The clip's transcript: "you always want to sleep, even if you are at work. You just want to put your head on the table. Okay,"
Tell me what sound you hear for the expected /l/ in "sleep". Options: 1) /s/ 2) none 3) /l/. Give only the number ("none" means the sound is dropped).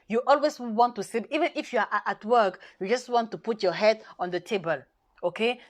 2